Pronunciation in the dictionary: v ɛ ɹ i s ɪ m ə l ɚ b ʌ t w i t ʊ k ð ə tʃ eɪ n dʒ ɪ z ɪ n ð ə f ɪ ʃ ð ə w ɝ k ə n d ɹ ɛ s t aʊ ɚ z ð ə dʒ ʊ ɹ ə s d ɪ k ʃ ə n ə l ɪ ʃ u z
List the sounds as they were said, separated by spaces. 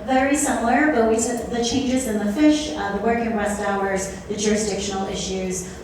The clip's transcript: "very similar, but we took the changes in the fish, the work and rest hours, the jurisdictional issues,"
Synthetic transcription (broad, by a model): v ɛ ɹ i s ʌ m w ɚ b ʌ t w i s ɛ ð ə tʃ eɪ n dʒ ɪ z ɪ n ð ə f ɪ ʃ ð ə w ɝ k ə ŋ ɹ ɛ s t aʊ ɚ z ð ə dʒ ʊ ɹ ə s d ɪ k ʃ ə n l ɪ ʃ u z